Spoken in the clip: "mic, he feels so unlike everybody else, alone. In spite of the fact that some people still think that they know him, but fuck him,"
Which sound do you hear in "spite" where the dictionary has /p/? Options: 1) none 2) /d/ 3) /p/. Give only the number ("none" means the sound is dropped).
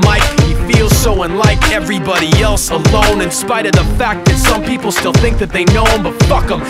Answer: 3